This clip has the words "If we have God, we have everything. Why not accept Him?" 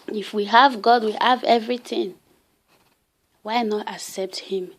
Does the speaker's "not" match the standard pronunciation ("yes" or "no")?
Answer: yes